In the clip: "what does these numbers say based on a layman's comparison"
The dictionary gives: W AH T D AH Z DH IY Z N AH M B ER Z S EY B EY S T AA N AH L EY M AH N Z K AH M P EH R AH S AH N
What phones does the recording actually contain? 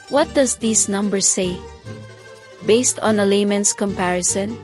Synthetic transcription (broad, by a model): W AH T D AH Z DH IY S N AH M B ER S EY B EY S T AA N AH L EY M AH N S K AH M P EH R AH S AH N